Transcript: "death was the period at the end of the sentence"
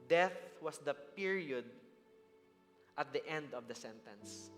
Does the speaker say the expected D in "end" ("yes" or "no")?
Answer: yes